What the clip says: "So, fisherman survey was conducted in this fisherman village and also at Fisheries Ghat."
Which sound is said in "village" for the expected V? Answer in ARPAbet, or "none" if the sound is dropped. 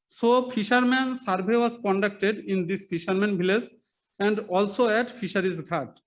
B